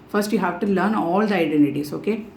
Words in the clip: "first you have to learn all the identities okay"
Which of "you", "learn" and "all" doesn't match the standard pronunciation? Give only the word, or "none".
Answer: none